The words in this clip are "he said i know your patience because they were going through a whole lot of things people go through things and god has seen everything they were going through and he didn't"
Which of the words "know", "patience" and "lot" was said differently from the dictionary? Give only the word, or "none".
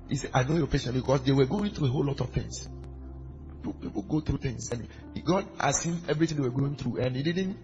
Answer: patience